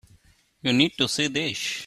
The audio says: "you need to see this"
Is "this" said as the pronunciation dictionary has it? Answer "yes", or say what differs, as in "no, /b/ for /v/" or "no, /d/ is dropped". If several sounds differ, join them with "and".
no, /ʃ/ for /s/